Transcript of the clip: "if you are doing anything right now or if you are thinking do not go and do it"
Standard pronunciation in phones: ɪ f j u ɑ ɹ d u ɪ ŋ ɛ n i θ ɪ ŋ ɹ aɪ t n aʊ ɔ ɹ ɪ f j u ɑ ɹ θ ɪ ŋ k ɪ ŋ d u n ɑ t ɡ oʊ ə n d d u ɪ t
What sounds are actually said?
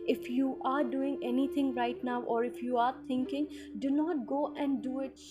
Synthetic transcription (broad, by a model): ɪ f j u ɑ ɹ d u ɪ ŋ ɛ n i t ɪ ŋ ɹ aɪ t n aʊ ɔ ɹ ɪ f j u ɑ ɹ t ɪ ŋ k ɪ ŋ d u n ɑ t ɡ oʊ ə n d d u ɪ t